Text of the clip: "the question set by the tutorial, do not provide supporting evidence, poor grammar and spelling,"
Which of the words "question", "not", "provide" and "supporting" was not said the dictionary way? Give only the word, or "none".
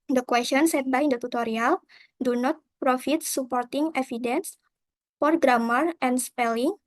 provide